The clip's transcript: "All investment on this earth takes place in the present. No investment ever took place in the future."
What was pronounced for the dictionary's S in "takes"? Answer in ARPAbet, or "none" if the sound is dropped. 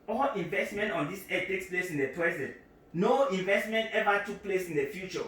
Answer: S